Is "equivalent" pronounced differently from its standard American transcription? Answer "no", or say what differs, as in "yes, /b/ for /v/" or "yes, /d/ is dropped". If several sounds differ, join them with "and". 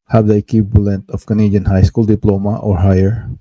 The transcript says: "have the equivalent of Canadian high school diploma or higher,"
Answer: yes, /b/ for /v/